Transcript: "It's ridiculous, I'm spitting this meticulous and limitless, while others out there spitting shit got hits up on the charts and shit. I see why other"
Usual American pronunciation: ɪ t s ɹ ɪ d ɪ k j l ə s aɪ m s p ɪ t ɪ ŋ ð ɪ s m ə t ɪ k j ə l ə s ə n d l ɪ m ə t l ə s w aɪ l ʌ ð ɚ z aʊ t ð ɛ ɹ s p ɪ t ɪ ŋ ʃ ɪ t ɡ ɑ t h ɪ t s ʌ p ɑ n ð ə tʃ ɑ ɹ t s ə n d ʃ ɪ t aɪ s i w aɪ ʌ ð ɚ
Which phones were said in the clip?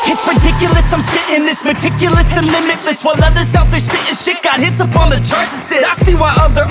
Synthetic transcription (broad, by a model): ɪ t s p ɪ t ɪ k j l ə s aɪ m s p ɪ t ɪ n ð ɪ s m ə t ɪ k j l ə s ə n l ɪ m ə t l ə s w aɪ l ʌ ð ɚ s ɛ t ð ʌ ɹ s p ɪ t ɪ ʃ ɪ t ɡ ɑ t h ɪ t s ʌ p ɑ n ð ə tʃ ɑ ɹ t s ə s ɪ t s i w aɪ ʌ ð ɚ